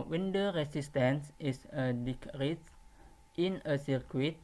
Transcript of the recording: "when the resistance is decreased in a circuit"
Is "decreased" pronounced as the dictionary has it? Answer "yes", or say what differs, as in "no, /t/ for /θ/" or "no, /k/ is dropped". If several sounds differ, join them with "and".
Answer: no, /s/ is dropped